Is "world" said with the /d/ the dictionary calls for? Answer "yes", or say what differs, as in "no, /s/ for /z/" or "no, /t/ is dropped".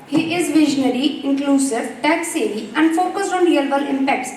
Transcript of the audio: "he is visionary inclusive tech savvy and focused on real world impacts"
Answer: no, /d/ is dropped